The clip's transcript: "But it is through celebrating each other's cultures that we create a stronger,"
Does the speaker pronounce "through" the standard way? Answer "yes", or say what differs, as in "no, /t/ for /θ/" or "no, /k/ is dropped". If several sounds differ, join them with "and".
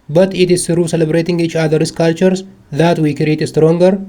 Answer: no, /s/ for /θ/